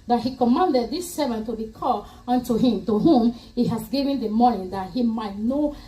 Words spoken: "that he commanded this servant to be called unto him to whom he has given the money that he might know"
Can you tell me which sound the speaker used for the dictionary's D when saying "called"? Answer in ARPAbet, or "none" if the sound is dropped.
none